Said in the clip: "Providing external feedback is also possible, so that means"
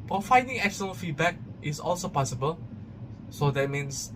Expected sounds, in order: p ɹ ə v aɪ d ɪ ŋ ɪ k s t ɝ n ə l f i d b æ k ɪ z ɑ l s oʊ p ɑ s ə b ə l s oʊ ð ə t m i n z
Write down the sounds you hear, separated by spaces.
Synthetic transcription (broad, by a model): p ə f aɪ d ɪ ŋ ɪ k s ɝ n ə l f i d b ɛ k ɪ s ɑ l s oʊ p ɑ s ə b ə l s oʊ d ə t m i n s